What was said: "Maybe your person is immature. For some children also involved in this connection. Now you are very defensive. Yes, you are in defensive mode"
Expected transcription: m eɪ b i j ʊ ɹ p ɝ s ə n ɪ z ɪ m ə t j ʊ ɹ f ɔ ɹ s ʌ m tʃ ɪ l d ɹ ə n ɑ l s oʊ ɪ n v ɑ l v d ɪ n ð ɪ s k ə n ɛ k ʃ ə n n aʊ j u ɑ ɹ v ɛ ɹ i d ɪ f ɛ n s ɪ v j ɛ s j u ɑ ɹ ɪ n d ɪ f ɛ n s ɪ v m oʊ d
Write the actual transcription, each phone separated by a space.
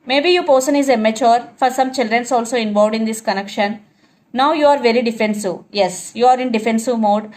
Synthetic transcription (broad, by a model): m eɪ b i j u p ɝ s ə n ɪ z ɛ m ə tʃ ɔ ɹ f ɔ ɹ s ʌ m tʃ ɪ l d ɹ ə n ɑ l s oʊ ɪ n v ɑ v d ɪ n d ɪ s k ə n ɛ k ʃ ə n n aʊ j u ɑ ɹ v ɛ ɹ i d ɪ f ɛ n s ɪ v j ɛ s j u ɑ ɹ ɪ n d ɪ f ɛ n s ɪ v m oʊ d